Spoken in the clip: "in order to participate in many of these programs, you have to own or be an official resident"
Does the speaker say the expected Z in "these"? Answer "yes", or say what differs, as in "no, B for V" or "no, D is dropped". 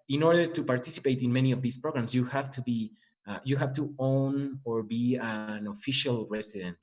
no, S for Z